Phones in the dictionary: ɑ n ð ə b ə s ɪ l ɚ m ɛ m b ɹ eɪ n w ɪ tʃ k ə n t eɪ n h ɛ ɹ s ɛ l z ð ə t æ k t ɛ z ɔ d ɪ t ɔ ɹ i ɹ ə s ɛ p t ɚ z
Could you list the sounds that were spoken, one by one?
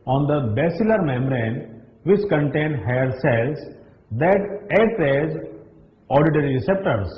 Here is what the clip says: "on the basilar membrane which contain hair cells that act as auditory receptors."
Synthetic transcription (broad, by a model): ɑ n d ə b ə s ɪ l ɚ m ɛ m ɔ ɹ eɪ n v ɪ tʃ k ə n t eɪ n h ɛ ɹ s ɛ l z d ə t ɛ t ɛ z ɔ d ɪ t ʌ ɹ i ɹ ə s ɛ p t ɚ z